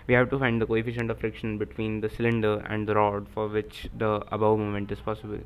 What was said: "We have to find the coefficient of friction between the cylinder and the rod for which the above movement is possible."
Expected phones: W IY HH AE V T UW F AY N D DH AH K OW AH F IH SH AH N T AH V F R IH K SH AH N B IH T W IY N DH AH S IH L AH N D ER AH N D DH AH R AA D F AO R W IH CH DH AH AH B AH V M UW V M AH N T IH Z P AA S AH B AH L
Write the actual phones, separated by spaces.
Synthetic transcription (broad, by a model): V IY HH AE V T UW F AY N D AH K OW AH F IH SH AH N T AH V F R IH K SH AH N B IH T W IY N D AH S IH L AH N D ER AH N D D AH R AA D F AO R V IH CH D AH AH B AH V M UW M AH N T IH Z P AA S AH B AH L